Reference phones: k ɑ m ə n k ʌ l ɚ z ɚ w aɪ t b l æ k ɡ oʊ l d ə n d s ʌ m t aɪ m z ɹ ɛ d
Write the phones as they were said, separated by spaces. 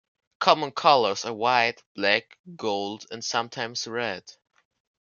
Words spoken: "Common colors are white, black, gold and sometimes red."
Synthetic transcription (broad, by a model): k ɑ m ə n k ʌ l ɚ z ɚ w aɪ t b l æ k ɡ oʊ l d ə n s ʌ m t aɪ m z ɹ ɛ d